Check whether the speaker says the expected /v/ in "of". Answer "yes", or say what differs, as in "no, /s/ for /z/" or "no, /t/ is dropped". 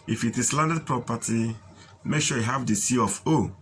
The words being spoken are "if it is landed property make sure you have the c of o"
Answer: no, /f/ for /v/